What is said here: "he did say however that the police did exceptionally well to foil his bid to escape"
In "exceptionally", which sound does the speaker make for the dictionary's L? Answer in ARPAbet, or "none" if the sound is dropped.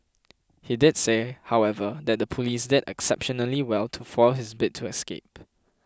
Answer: L